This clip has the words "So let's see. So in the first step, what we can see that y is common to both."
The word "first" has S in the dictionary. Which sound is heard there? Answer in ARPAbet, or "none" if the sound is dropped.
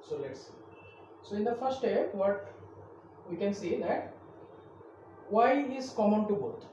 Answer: none